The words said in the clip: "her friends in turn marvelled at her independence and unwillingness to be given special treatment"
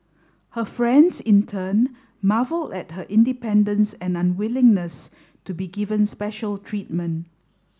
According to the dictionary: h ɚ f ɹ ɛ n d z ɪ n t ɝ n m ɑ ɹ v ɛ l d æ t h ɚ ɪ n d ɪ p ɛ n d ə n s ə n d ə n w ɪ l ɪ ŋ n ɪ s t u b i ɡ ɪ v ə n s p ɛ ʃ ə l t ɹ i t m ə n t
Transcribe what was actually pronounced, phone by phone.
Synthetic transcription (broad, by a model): h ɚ f ɹ ɛ n d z ɪ n t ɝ n m ɑ v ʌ l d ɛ t h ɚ ɪ n d ɪ p ɛ n d ə n s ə n ə n w ɪ l ɪ ŋ n ɪ s t u b i ɡ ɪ v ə n s p ɛ ʃ ə l t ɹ i t m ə n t